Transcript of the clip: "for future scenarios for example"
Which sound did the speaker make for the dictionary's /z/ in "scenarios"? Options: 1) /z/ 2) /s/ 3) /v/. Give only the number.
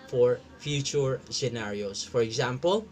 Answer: 2